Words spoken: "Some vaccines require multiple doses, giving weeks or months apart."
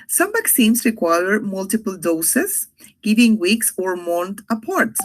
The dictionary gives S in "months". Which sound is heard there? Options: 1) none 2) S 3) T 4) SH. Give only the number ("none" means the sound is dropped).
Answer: 1